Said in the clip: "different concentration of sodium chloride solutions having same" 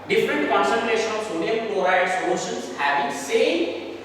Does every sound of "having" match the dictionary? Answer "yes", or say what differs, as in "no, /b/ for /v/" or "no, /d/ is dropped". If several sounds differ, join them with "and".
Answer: no, /b/ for /v/